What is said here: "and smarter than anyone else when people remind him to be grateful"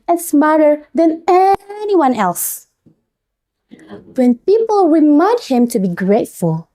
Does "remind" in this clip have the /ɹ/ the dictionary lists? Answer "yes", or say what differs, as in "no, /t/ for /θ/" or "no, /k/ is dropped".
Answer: no, /w/ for /ɹ/